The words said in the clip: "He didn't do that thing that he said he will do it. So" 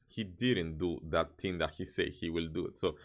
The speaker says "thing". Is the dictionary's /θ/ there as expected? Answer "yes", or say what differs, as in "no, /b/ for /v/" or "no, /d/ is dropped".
no, /t/ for /θ/